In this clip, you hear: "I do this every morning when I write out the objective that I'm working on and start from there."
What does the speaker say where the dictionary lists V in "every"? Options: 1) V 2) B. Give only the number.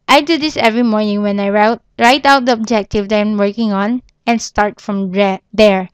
1